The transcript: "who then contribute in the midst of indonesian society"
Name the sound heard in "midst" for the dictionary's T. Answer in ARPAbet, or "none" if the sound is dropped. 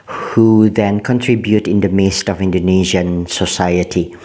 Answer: T